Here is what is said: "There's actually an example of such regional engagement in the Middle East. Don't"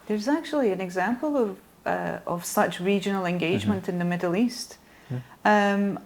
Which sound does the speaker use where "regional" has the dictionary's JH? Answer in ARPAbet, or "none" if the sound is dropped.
JH